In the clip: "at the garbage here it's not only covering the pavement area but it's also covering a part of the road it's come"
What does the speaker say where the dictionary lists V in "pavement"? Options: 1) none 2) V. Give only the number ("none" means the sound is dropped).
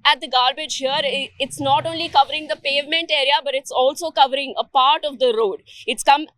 2